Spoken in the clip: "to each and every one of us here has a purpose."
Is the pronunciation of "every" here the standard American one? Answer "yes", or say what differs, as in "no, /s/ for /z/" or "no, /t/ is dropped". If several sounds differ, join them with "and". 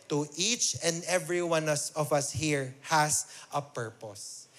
yes